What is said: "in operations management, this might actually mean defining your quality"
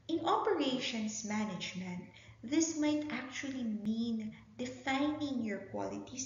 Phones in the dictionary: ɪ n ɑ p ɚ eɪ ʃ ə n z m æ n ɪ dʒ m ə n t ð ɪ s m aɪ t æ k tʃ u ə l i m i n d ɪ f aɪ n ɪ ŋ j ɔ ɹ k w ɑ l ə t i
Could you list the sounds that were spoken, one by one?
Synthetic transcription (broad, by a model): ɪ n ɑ p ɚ eɪ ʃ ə n s m æ n ɪ dʒ m ə n t ð ɪ s m aɪ t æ k tʃ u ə l i m i n d ɪ f aɪ n ɪ ŋ j ɔ ɹ k w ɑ l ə t i